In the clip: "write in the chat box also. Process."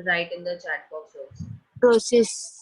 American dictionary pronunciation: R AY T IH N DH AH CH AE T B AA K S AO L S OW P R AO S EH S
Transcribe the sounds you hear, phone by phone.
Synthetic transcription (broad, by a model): R AY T IH N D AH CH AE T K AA S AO S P R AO S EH S